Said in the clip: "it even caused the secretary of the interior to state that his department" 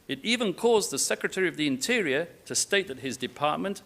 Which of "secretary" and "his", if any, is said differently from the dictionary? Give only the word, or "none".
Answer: none